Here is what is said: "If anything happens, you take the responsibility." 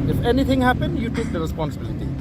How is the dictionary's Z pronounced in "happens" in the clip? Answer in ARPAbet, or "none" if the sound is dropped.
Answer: none